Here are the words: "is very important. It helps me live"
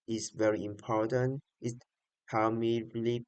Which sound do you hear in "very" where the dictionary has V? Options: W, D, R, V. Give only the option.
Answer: V